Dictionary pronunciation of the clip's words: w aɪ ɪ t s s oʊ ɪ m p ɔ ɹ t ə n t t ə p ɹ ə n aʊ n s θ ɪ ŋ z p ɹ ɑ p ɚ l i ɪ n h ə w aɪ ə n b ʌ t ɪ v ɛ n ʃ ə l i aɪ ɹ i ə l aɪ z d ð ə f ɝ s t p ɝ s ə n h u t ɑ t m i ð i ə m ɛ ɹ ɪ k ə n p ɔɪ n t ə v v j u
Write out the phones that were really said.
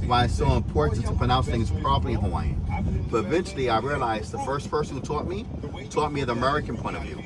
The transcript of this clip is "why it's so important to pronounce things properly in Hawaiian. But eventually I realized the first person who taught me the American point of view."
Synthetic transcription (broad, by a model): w aɪ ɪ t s s oʊ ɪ m p ɔ ɹ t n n t ə p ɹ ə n aʊ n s θ ɪ ŋ z p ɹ ɑ b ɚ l i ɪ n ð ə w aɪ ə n b ʌ t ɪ v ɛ n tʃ l i aɪ ɹ i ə l aɪ z ð ə f ɝ s t f ɝ s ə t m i t ɑ t m i ð i ə m ɛ ɹ ɪ k ə n p ɔɪ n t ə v v j u